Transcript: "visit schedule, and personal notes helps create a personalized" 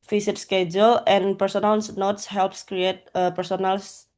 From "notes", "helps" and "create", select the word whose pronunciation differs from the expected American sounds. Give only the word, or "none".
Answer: none